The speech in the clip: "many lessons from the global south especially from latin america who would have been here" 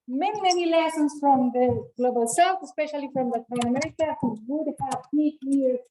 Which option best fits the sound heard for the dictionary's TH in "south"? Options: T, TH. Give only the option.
T